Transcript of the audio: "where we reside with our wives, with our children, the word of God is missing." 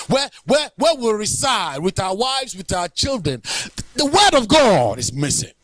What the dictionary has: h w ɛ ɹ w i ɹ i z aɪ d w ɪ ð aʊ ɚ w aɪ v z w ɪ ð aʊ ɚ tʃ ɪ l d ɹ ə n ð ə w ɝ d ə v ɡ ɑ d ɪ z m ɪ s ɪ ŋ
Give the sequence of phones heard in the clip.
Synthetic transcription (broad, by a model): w w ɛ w w i ɹ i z aɪ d w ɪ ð aʊ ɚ w aɪ v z w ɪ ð aʊ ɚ tʃ ɪ l d ɹ ə n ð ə w ɝ d ə v ɡ ɑ d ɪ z m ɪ s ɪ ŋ